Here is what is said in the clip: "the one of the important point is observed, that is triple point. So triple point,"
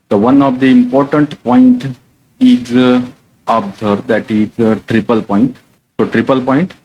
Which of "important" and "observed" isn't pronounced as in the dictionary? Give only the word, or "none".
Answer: observed